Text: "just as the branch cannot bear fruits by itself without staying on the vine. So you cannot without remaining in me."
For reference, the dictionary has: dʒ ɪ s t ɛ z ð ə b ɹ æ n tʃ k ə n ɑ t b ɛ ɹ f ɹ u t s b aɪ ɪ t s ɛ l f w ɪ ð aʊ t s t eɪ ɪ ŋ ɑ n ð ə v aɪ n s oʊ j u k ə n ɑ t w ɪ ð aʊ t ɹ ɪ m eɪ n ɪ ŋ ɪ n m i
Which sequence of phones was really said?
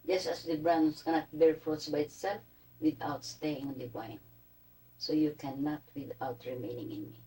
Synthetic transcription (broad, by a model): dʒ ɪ s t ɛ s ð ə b ɹ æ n s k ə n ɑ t b ɛ ɹ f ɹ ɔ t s b aɪ ɪ t s ɛ l f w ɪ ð aʊ t s t eɪ ɪ ŋ ɑ n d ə b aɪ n s oʊ j u k ə n ɑ t w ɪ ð aʊ t ɹ ɪ m eɪ n ɪ ŋ ɪ n m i